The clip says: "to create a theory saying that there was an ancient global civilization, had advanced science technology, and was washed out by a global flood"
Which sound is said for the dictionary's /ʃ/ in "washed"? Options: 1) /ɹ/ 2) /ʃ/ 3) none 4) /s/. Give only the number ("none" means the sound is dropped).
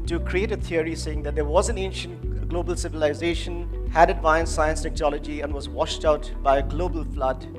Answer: 2